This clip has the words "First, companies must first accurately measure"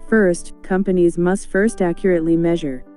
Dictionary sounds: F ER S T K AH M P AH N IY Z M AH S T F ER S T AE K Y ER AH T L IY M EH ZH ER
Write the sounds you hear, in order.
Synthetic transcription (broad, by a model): F ER S T K AH M P AH N IY Z M AH S T F ER S T AE K Y ER AH T L IY M EH ZH ER